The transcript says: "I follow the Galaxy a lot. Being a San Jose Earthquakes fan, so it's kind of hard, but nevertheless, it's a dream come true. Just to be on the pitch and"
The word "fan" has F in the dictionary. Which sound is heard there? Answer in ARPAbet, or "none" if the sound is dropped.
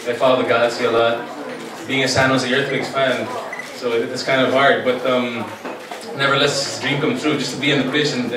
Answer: P